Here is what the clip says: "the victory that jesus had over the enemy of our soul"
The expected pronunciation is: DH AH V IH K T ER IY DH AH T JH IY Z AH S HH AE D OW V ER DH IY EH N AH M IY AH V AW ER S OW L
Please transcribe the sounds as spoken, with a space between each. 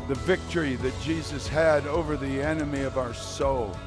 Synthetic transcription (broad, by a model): DH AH V IH K T ER IY DH AH T JH IY Z AH S HH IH D OW V ER DH IY EH N AH M IY AH V AW ER S OW L